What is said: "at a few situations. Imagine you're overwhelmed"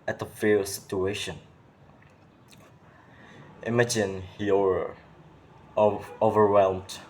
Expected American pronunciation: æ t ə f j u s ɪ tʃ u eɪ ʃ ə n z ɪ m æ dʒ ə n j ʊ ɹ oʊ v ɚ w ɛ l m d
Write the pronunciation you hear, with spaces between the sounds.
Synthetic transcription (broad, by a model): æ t ə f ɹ s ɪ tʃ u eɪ ʃ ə n ɪ m æ dʒ ə n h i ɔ oʊ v ɚ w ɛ l m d